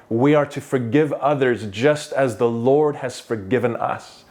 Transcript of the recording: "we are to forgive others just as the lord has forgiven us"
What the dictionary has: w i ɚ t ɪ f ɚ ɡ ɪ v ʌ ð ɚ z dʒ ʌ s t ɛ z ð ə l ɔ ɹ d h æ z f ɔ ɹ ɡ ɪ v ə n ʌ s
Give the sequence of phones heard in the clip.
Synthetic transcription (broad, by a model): w i ɚ t ɪ f ɚ ɡ ɪ v ʌ ð ɚ z dʒ ʌ s t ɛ z ð ə l ɔ ɹ d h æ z f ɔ ɹ ɡ ɪ v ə n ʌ s